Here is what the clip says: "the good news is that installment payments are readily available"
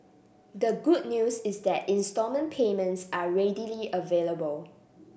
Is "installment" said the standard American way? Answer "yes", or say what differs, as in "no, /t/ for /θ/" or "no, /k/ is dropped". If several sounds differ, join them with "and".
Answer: no, /l/ is dropped